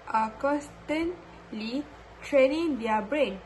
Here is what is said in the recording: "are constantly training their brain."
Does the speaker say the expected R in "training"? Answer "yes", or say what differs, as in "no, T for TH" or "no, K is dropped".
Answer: yes